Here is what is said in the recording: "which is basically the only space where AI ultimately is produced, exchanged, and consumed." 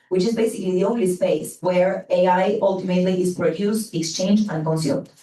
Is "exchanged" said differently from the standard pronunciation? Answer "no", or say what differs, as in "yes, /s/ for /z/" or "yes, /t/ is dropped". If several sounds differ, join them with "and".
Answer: yes, /d/ is dropped